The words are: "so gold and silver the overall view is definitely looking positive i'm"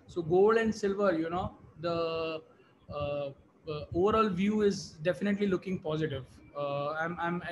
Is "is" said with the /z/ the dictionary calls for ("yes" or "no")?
yes